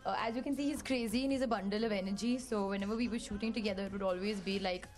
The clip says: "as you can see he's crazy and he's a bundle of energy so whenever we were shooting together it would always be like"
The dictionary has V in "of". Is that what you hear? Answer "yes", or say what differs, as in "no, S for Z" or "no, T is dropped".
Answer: yes